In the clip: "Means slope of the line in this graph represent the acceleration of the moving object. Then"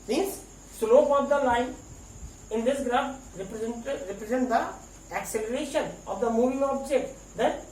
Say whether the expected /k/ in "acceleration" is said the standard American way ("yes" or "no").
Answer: yes